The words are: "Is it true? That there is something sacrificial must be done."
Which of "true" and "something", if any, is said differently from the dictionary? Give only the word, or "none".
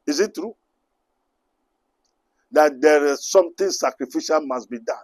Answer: something